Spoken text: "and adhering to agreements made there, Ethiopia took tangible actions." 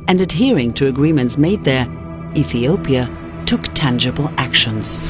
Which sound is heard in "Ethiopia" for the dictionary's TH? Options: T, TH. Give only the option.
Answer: TH